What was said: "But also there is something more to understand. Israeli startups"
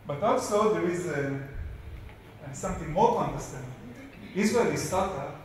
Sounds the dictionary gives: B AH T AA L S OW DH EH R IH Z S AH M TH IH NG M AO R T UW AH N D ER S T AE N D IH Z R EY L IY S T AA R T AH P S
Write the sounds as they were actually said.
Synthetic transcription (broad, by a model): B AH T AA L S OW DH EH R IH Z S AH M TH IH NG M AO R T UW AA N D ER S T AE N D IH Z W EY IY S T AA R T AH